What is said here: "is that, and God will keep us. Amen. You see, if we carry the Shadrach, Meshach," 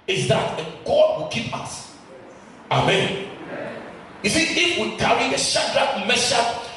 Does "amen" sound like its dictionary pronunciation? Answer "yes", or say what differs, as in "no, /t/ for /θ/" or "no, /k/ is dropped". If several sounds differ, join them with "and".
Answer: yes